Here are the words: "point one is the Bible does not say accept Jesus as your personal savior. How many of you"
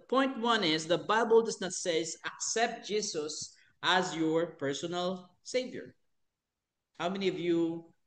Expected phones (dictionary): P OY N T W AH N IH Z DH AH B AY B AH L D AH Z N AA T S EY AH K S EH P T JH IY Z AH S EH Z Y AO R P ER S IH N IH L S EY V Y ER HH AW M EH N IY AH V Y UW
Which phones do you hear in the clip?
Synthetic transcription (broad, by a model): P OY N T W AH N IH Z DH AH B AY B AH L D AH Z N AA T S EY AH K S EH P T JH IY S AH S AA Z Y AO R P ER S IH N IH L S EY V Y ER HH AW M EH N IY AH V Y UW